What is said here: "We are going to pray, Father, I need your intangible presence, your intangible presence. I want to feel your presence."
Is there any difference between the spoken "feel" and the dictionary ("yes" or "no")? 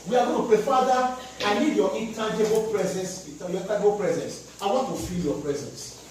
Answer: no